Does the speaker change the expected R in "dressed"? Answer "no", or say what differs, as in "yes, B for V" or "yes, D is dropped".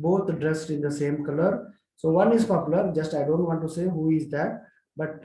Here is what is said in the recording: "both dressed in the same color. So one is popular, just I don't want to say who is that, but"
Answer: no